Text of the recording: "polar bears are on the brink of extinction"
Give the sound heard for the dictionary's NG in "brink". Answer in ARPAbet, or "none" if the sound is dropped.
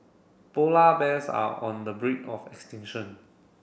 none